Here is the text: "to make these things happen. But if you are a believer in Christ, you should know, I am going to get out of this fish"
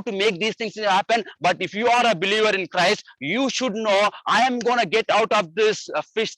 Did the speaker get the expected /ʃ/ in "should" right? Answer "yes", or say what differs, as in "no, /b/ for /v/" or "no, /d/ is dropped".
yes